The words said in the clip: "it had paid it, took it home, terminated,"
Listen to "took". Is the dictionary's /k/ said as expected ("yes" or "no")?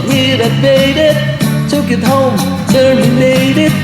yes